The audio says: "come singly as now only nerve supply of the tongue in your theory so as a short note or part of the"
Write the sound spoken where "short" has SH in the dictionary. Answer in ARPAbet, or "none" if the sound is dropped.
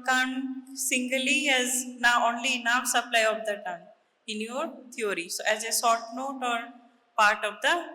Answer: S